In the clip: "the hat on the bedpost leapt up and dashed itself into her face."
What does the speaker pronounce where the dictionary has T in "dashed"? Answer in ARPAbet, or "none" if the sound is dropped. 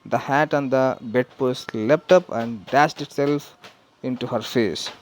T